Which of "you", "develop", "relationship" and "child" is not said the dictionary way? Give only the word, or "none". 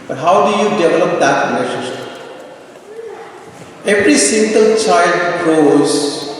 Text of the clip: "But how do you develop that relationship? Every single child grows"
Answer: relationship